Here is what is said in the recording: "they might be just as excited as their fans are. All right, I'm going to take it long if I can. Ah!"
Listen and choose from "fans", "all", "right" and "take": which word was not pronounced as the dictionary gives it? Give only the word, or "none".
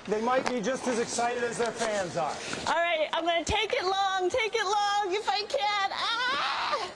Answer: none